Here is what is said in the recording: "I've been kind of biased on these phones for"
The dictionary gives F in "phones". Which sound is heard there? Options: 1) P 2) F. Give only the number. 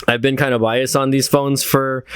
2